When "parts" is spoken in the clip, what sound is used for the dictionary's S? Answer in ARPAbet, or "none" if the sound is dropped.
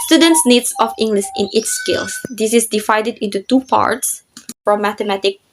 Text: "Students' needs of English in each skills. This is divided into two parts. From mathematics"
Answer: S